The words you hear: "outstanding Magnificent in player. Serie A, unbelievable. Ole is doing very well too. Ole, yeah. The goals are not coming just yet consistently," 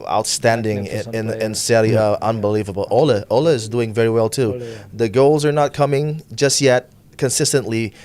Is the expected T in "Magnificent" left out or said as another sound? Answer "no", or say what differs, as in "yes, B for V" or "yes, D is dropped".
yes, T is dropped